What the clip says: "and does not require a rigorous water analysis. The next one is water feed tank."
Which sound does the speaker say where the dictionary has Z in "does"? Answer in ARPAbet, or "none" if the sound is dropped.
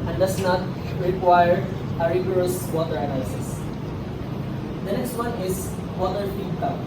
S